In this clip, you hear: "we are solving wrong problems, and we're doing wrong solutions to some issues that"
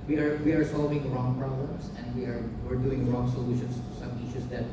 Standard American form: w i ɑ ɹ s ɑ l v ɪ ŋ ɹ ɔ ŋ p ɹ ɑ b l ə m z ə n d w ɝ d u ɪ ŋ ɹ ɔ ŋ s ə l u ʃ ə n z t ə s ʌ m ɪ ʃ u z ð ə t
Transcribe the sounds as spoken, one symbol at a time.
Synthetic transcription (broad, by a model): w i ɑ ɹ s ɑ l v ɪ ŋ ɹ ɔ ŋ p ɹ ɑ b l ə m s ə n d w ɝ d u ɪ ŋ ɹ ɔ ŋ s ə l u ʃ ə n s ʌ m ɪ ʃ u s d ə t